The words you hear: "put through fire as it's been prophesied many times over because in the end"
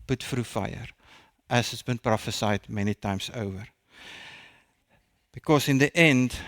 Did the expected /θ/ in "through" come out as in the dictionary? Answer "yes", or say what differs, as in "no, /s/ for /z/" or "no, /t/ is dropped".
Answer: no, /f/ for /θ/